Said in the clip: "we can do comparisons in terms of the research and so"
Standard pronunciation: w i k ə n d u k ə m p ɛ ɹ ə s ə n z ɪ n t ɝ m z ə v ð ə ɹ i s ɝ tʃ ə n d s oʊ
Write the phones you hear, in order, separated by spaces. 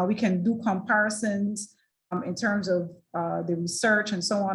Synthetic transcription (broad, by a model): w i k ə n d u k ə m p ɛ ɹ ə s ə n z ɪ n t ɝ m z ə v ð ə ɹ i s ɝ tʃ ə n s oʊ